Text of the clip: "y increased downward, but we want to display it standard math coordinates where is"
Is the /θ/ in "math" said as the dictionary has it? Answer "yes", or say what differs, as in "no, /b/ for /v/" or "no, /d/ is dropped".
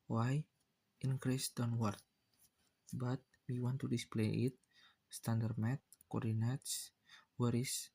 no, /t/ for /θ/